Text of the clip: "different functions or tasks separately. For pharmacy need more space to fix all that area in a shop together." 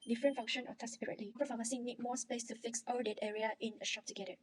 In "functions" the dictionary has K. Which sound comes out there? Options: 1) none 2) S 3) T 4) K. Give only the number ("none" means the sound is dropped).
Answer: 1